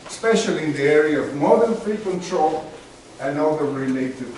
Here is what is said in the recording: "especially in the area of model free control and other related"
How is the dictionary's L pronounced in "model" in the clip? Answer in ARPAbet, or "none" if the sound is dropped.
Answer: N